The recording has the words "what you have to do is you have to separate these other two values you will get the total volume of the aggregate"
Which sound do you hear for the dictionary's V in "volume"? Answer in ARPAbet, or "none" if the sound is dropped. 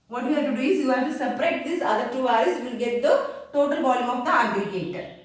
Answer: B